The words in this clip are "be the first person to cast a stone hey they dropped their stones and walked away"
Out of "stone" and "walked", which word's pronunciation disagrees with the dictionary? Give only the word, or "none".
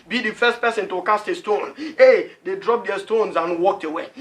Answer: none